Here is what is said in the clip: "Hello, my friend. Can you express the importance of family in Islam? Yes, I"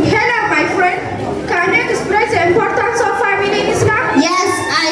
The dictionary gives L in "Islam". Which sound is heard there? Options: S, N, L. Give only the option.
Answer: N